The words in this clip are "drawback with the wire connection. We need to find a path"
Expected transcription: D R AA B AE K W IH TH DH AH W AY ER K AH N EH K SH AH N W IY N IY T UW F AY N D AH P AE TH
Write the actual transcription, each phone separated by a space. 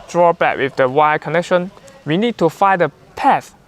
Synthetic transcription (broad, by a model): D R AA B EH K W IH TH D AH W AY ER K AH N EH K SH AH N W IY N IY T UW F AY D AH P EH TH